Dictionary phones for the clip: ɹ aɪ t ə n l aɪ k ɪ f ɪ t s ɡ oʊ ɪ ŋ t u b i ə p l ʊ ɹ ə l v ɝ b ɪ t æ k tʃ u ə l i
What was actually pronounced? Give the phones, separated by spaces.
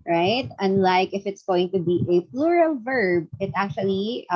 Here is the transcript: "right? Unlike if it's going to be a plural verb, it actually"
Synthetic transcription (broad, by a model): ɹ aɪ t ə n l aɪ k ɪ f ɪ t s ɡ oʊ ɪ ŋ t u b i ə p l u ɹ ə l v ɝ b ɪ t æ k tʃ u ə l i